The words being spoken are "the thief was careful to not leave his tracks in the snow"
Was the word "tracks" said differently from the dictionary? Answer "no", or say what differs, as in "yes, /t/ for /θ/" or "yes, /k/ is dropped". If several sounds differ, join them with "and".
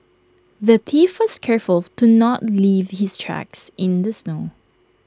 no